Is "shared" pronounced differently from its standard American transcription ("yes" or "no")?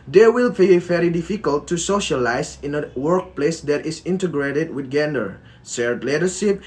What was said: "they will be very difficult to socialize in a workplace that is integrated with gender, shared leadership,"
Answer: yes